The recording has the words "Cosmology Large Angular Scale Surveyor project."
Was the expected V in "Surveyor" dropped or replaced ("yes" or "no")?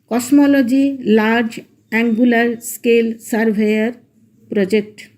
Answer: yes